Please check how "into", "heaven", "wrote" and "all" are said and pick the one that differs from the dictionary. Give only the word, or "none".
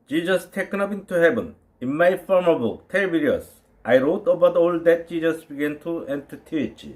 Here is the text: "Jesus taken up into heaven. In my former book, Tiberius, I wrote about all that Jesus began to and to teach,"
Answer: heaven